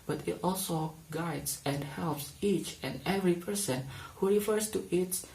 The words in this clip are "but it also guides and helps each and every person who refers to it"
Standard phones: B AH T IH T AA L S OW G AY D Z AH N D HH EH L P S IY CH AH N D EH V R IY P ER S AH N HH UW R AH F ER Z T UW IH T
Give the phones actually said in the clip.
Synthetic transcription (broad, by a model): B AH T IH T AA L S OW G AY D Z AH N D HH EH L P S IY CH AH N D EH V R IY P ER S AH N HH UW R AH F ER S T UW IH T